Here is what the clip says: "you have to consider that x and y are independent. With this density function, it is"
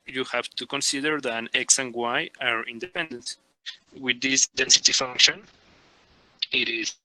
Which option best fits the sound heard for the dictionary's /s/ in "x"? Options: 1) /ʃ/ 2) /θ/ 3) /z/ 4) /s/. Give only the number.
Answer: 4